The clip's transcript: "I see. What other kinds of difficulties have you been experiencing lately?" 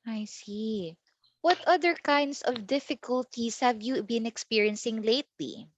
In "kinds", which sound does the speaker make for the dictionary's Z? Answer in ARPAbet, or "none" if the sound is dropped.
S